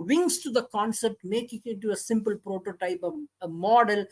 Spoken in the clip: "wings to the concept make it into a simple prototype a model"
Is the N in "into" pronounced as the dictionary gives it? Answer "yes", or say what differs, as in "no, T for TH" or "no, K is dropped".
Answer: no, N is dropped